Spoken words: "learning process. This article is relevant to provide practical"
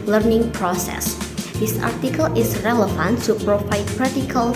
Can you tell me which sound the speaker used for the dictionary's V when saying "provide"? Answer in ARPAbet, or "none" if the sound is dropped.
P